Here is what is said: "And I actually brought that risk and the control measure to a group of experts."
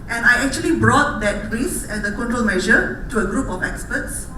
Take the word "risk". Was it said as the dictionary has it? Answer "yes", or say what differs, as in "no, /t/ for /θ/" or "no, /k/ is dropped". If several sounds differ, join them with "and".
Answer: no, /k/ is dropped